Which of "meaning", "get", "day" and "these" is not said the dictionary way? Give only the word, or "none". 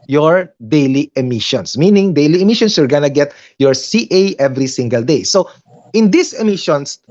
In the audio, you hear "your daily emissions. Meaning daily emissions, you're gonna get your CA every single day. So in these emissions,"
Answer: these